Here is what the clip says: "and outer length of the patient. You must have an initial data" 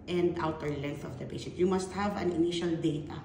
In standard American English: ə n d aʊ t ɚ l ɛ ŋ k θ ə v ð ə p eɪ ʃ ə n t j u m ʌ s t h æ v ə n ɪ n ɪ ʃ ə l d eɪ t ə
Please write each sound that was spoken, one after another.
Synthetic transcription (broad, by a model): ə n d aʊ t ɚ l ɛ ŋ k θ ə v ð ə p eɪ s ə t j u m ʌ s t h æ v ə n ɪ n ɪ ʃ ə l d eɪ t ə